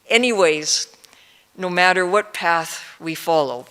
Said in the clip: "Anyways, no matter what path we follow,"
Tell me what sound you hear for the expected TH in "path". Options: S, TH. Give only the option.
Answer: TH